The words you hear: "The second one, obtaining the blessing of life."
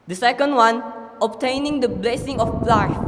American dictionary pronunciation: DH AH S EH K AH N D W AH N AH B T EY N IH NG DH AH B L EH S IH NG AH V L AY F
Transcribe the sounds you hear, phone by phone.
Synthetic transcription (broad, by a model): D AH S EH K AH N D W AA N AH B T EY N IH NG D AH B L EH S IH NG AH P L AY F